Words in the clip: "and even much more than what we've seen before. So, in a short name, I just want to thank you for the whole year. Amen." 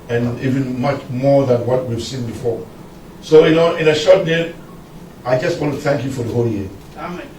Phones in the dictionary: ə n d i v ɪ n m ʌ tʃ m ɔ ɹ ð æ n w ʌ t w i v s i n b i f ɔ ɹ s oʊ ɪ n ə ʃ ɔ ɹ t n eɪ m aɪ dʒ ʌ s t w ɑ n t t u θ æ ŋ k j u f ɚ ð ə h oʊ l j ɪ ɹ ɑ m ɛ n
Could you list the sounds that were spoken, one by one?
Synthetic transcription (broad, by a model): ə n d i v ɪ n m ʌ tʃ m ɔ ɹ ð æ n w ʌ t w i v s i n b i f ɔ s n oʊ ɪ n ə ʃ ɔ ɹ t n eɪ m aɪ dʒ ʌ s t w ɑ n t t u θ æ ŋ k j u f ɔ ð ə h oʊ l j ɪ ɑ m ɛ